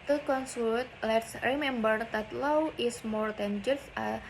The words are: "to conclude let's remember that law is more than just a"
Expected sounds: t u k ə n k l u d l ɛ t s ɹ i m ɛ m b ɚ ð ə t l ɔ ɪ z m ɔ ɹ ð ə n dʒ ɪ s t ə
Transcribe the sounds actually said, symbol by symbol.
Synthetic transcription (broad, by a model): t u k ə n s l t l ɛ t s ɹ i m ɛ m b ɚ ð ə t l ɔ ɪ s m ɔ ɹ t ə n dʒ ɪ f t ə